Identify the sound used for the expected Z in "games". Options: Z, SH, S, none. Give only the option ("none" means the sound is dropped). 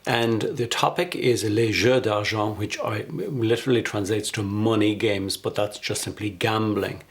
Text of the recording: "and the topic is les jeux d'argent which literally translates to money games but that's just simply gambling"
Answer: Z